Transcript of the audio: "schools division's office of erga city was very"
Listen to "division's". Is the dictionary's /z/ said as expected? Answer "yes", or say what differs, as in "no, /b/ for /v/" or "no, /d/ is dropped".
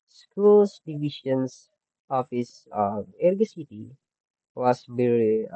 no, /s/ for /z/